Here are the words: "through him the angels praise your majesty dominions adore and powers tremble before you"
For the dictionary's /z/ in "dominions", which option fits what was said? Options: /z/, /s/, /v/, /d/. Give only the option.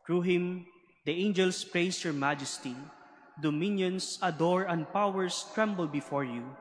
/s/